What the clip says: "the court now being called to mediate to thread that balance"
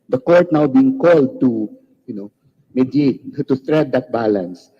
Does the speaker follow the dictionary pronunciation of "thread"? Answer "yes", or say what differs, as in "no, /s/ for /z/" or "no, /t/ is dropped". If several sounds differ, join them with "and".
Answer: no, /t/ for /θ/